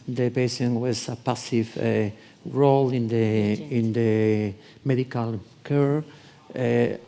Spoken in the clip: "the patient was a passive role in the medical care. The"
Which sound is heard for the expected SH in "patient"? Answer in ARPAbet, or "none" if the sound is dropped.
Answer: S